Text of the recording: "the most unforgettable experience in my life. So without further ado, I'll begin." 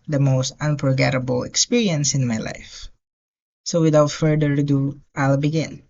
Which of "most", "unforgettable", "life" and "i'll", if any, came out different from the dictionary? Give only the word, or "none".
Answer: unforgettable